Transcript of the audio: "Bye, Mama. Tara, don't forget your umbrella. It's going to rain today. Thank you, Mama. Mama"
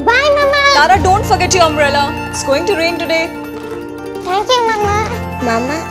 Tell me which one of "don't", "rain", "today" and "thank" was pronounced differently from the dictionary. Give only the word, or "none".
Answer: thank